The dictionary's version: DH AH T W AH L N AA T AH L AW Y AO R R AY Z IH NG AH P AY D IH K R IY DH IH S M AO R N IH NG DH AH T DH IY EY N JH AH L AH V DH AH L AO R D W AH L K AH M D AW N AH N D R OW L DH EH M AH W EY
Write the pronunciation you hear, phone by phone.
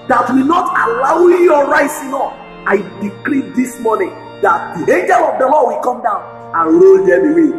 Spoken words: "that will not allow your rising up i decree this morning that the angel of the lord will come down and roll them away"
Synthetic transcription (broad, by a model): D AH T W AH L N AA T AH L AW Y AO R R AY S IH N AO F AY D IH K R IY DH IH S M AO N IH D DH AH T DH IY EY N JH AH L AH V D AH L AO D W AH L K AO M D AW N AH N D R OW L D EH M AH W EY